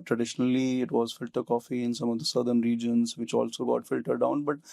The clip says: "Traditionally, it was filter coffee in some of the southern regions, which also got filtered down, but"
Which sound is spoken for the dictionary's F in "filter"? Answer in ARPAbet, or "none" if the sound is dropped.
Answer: F